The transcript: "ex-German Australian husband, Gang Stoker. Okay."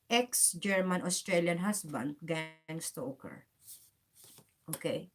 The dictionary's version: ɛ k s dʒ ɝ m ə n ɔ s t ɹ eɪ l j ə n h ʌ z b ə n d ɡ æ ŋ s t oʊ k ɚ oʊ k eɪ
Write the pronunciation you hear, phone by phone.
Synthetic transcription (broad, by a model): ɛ k s dʒ ɝ m ə n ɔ s t ɹ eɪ l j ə n h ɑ s b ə n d ɡ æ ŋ s t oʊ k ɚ oʊ k eɪ